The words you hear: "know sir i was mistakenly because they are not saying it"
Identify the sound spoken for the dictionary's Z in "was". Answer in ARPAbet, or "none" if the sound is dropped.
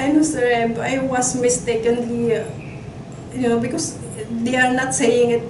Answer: S